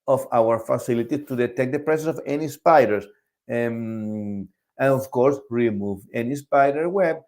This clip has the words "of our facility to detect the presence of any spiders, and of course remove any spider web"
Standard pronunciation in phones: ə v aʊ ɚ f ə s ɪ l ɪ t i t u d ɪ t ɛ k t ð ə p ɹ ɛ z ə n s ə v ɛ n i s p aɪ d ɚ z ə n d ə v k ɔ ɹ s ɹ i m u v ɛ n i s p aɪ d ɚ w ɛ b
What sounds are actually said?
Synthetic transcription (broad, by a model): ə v aʊ ɚ f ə s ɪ l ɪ t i t u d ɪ t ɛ k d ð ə p ɹ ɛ s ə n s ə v ɛ n i s p aɪ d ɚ s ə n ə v k ɔ ɹ s ɹ i m u v ɛ n i s p aɪ d ɚ w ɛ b